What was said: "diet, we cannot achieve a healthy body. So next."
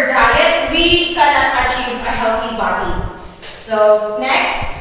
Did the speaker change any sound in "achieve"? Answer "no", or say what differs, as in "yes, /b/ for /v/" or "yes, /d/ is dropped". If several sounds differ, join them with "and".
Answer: yes, /p/ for /v/